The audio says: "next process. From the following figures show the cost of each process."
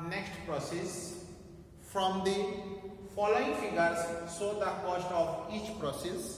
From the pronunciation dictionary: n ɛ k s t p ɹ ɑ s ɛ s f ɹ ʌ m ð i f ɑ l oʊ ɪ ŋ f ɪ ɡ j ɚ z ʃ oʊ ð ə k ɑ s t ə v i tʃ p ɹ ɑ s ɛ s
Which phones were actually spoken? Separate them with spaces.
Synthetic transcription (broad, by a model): n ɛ k s t p ɹ ɑ s ɛ s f ɹ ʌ m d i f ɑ l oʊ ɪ ŋ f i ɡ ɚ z s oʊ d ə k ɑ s t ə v i tʃ p ɹ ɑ s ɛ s